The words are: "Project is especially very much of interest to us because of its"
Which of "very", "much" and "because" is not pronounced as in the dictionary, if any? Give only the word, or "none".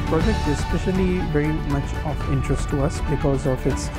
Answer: none